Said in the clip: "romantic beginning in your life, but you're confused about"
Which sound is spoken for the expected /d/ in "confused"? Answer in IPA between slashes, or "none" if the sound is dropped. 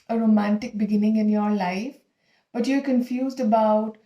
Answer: /d/